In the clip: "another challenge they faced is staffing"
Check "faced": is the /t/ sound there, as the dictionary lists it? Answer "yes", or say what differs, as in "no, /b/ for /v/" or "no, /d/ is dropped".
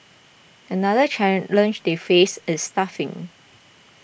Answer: no, /t/ is dropped